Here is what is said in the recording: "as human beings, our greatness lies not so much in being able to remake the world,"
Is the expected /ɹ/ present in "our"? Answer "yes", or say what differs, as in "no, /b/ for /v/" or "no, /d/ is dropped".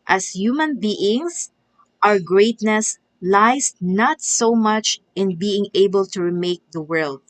yes